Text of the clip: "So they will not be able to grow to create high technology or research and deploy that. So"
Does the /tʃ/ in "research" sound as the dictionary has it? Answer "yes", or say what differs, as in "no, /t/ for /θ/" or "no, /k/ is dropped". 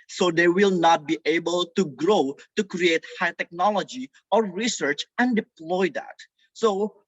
yes